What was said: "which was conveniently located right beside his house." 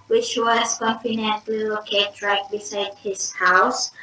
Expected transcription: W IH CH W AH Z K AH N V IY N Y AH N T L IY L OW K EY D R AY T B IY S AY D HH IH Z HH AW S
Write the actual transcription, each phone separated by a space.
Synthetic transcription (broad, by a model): W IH CH W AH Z K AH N F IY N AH N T L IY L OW K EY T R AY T B IY S AY D HH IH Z HH AW S